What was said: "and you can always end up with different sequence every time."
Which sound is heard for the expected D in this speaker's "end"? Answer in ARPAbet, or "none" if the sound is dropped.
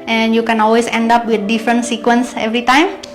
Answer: D